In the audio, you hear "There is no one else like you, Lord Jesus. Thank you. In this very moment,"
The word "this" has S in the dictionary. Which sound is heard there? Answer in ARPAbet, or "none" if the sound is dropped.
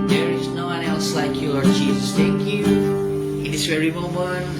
S